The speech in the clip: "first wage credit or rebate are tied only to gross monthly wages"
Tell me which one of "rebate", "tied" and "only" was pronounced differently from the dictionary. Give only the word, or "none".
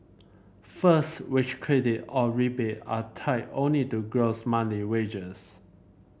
tied